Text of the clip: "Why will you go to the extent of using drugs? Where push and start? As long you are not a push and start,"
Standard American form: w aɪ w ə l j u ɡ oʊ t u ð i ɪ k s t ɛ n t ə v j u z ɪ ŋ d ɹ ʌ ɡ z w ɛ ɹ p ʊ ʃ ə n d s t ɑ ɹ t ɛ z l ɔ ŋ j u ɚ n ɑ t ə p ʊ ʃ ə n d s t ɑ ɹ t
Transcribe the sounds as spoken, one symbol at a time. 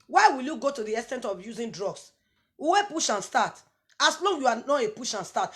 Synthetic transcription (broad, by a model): w aɪ w ə l j u ɡ oʊ t u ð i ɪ s t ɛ n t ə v j u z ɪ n d ɹ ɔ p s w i w p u ʃ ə n s t ɑ t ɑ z l ɔ ŋ j u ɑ n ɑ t ə p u ʃ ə n s t ɑ t